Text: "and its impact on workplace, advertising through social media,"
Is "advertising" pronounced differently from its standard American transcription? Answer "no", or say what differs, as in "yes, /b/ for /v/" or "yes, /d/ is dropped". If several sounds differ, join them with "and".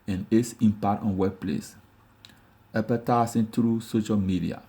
yes, /s/ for /z/